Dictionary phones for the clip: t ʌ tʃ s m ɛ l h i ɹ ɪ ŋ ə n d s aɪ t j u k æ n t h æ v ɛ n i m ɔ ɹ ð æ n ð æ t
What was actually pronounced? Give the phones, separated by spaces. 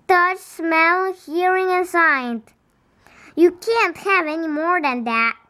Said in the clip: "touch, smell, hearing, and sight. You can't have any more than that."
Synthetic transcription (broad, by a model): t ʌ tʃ s m ɛ l h i ɹ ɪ ŋ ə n s aɪ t j u k æ n t h æ v ɛ n i m ɔ ɹ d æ n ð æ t